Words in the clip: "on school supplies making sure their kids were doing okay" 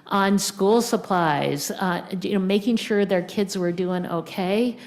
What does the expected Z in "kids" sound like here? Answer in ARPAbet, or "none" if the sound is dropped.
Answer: Z